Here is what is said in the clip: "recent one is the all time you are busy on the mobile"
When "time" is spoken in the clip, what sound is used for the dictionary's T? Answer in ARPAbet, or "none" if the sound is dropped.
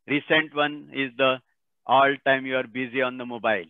T